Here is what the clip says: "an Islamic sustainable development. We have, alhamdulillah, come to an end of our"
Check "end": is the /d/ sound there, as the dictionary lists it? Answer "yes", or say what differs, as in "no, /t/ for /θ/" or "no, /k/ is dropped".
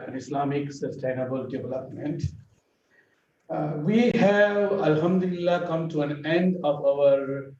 yes